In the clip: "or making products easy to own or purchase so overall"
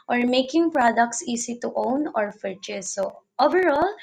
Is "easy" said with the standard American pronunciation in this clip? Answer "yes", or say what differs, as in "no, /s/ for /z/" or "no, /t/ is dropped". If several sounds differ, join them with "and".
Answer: no, /s/ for /z/